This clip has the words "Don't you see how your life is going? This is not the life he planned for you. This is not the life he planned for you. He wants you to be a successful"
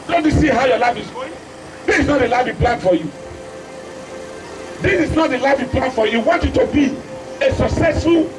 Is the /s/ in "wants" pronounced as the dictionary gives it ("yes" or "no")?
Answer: no